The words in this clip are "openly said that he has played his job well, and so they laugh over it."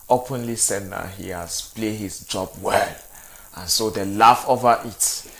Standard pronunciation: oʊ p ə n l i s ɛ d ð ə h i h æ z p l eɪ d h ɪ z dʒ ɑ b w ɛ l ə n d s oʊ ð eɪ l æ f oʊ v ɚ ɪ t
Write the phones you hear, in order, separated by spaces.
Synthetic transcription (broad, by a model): oʊ p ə n l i s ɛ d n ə h i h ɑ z p l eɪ h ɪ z dʒ ɑ b w ɛ l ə n s oʊ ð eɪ l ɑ f oʊ v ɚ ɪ t